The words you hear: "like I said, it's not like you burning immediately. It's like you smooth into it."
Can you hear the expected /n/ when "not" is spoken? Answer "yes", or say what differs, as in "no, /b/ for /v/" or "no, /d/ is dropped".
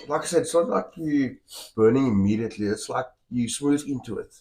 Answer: no, /l/ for /n/